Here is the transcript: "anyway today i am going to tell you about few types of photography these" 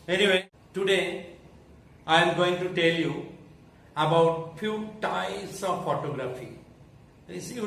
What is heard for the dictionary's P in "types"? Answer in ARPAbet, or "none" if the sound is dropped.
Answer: none